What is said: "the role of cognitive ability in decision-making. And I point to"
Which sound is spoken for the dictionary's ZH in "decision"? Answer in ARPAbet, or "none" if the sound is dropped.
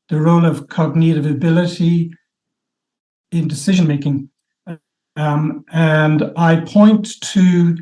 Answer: ZH